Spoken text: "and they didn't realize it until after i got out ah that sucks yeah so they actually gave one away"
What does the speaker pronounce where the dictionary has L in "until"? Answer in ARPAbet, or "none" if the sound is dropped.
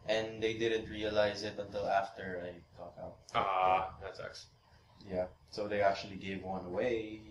L